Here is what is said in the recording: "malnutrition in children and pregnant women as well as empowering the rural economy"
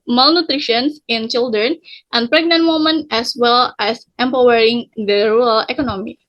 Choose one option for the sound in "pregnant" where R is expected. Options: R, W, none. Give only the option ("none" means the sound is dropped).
R